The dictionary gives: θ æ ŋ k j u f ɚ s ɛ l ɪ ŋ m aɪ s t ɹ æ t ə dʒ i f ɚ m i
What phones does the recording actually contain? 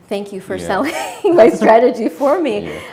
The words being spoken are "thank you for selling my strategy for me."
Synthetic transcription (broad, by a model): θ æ ŋ k j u f ɚ s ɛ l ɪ ŋ m aɪ s t ɹ æ t ə dʒ i f ɚ m i